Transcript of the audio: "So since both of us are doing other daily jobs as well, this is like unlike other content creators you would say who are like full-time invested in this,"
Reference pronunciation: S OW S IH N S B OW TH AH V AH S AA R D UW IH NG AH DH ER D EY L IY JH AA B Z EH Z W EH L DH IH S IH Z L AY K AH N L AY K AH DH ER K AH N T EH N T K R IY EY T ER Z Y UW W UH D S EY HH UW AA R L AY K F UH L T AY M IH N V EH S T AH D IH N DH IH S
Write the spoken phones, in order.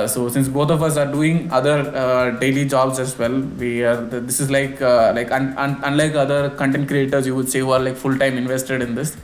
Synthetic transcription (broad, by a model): S OW S IH N S B OW T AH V AH S AA R D UW IH NG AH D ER D EY L IY JH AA B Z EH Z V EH L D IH S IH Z L AY K AH N L AY K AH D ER K AH N T EH N T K R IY EY T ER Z Y UW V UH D S EY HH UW AA R L AY K F UH L T AY M IH N V EH S T AH D IH N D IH S